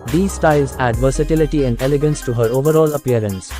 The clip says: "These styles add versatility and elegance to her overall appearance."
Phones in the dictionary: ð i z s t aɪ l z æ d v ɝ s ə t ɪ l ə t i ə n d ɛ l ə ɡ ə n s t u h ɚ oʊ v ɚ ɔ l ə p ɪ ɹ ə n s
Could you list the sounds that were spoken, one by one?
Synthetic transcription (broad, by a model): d i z s t aɪ l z æ d v ɝ s ə t ɪ l ə t i ə n d ɛ l ə ɡ ə n s t u h ɚ oʊ v ɚ ɔ l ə p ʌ ɹ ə n s